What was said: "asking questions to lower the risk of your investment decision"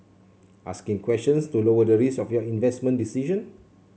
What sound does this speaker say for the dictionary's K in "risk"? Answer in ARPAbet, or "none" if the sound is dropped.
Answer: none